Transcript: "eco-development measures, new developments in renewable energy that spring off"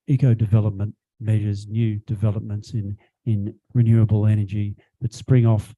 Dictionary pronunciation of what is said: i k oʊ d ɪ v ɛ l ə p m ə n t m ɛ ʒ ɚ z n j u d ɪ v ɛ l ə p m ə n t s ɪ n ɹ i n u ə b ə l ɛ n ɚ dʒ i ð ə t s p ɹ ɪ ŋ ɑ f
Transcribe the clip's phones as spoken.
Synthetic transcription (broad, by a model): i k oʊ d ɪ v ɛ l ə p m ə n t m ɛ ʒ ɚ z n j u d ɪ v ɛ l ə p m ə n t s ɪ n ɹ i n u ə b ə l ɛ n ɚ dʒ i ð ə t s p ɹ ɪ ŋ ɑ f